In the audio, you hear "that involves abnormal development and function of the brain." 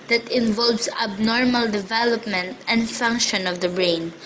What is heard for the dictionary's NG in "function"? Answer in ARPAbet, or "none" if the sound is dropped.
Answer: NG